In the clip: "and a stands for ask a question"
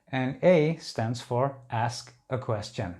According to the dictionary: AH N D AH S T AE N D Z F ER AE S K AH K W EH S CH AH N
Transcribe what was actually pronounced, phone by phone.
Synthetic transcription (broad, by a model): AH N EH AH S T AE N D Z F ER AE S K AH K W EH S CH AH N